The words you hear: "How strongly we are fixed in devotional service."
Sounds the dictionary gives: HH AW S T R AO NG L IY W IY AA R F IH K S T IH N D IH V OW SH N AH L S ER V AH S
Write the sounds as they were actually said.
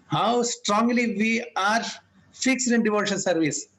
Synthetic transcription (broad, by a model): HH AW S T R AO NG L IY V IY AA R F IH K S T IH N D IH V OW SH AH N S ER V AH S